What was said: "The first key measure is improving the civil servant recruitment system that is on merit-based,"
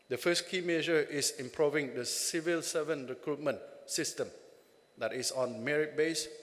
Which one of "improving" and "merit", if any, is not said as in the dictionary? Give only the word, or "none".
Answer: none